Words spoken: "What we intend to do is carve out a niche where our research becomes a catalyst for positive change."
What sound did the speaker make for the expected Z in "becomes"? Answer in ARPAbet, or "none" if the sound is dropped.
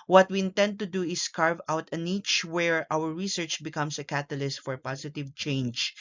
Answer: S